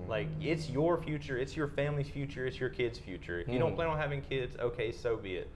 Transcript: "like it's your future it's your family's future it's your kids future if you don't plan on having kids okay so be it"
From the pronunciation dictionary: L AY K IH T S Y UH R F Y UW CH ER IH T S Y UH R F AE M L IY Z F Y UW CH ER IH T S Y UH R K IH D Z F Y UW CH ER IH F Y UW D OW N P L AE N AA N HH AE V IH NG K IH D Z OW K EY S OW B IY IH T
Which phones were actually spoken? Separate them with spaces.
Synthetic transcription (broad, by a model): L AY K IH T S Y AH R F Y UW CH ER IH T S Y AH R F AE M L IY Z F Y UW CH ER IH T S Y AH R K IH D Z F Y UW CH ER IH F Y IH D OW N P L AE IH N HH AE V IH NG K IH D Z OW K EY S OW B IY IH T